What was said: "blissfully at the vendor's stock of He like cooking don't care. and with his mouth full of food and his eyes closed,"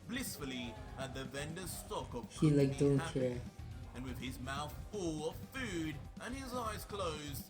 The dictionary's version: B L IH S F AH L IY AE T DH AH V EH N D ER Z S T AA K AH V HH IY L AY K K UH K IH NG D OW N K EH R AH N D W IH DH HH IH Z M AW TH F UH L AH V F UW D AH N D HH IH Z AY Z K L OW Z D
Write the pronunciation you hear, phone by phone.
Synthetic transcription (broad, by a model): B L IH S F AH L IY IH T DH AH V EH N D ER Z S T AA K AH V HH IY L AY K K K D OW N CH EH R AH N W IH DH IH Z M AW TH F UH L AH V F UW D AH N IH Z AY Z K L OW Z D